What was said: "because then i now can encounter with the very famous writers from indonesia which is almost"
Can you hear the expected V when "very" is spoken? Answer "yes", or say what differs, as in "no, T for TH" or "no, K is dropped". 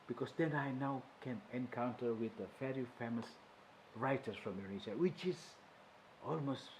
no, F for V